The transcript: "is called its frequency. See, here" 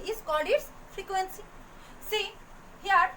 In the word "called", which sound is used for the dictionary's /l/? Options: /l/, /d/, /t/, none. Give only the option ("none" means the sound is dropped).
none